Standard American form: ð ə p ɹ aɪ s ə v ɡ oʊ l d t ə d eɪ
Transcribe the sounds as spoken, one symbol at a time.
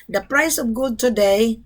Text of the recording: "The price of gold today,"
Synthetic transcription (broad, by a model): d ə p ɹ aɪ s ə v ɡ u d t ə d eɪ